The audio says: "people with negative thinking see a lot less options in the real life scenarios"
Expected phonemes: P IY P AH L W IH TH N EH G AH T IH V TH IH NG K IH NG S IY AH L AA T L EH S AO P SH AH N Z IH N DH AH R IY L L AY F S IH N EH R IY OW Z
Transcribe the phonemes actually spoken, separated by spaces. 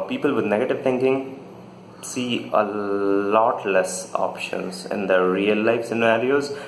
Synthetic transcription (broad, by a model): P IY P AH L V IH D N EH G AH T IH V T IH NG K IH NG S IY AH L AA T L EH S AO P SH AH N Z IH N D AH R IY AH L AY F S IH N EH R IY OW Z